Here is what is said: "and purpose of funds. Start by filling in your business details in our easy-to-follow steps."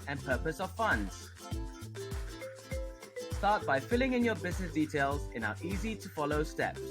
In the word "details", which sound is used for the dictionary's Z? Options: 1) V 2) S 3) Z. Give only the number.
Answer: 3